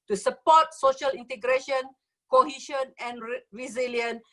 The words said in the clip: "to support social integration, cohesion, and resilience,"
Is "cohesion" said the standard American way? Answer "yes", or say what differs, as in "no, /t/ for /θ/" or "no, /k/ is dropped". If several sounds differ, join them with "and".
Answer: no, /ʃ/ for /ʒ/